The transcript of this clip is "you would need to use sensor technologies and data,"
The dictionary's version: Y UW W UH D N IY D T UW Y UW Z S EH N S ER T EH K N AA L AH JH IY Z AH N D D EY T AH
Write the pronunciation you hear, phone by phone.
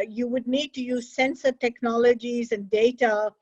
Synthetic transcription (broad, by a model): Y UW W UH D N IY D T UW Y UW Z S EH N S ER T EH K N AA L AH JH IY Z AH N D D EY T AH